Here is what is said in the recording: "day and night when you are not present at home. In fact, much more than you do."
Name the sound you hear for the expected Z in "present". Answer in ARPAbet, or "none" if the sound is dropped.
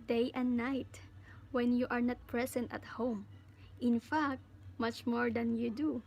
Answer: S